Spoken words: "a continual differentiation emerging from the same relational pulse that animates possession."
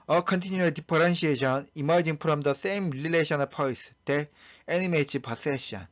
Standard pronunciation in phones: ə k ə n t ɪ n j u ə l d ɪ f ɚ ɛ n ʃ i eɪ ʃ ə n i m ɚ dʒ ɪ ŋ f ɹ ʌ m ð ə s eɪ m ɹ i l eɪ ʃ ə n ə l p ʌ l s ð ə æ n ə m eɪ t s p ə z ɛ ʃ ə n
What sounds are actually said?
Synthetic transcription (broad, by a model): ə k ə n t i n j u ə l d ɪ p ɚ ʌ n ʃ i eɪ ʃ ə n i m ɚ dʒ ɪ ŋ p ɹ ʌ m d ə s eɪ m l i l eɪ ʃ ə n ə p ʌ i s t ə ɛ n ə m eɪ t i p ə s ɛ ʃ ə n